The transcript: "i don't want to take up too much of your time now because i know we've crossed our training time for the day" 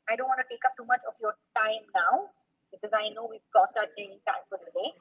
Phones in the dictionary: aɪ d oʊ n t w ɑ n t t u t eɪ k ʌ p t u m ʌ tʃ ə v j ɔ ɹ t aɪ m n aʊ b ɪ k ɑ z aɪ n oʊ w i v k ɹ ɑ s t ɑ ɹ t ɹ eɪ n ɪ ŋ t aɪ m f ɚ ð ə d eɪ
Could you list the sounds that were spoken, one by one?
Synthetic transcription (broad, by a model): aɪ d oʊ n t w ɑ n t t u t eɪ k ʌ p t u m ʌ tʃ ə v j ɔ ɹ t aɪ m n aʊ b ɪ k ɑ z aɪ n oʊ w i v k ɑ s t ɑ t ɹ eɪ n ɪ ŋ t aɪ m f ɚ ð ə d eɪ